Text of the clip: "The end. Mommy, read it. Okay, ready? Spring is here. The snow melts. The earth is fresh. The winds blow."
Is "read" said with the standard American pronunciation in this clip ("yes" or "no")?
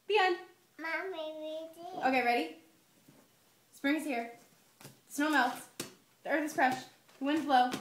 no